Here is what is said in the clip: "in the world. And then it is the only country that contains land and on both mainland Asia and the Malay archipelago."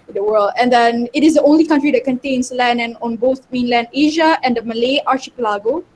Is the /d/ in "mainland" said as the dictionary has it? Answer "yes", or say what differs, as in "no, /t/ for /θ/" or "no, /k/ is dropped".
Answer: yes